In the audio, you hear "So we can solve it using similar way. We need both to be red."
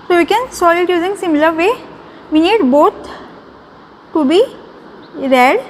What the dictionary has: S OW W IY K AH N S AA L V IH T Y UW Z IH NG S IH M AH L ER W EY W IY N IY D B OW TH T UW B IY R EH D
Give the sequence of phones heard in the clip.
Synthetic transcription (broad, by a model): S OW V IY K AH N S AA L IH T Y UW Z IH NG S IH M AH L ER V EY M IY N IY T B OW T T UW B IY R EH D